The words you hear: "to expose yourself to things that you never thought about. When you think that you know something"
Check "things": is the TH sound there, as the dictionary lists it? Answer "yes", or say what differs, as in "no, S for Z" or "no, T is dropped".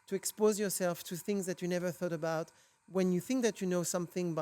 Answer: yes